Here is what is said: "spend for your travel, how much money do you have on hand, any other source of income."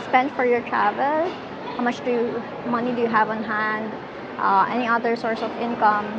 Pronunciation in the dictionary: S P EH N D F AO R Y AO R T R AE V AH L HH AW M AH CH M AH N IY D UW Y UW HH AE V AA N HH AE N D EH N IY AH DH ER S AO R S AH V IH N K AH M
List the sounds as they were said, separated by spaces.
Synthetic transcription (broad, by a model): S P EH N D F AO R Y AO R T R AE V AH L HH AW M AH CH M AH N IY D UW Y UW HH AE V AA N HH AE N D EH N IY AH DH ER S AO R S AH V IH N K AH M